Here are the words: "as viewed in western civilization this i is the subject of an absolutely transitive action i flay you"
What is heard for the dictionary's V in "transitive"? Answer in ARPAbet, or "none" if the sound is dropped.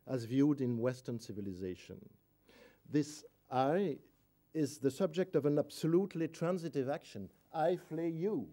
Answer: V